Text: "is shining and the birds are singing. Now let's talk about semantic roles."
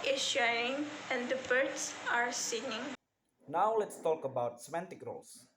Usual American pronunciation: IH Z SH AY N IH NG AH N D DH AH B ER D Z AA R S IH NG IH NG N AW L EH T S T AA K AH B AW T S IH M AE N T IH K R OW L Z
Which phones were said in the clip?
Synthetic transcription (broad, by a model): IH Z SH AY IH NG AH N D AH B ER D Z AA R S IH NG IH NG N AW L EH T S T AA K AH B AW T S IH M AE N T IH K R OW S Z